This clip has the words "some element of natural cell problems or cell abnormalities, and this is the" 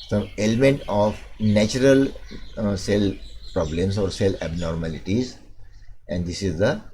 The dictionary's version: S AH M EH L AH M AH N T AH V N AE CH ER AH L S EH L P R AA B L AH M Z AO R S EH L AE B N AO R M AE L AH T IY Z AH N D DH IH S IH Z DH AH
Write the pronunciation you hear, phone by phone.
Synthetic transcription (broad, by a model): S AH M EH L AH M AH N T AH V N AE CH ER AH L S EH L P R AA B L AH M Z AO R S EH L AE B N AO R M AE L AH T IY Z AH N D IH S IH Z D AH